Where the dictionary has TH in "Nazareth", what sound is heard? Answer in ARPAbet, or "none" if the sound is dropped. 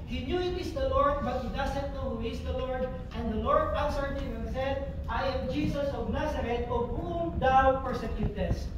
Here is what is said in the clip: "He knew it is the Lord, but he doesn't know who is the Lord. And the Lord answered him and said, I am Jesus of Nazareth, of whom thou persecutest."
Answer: T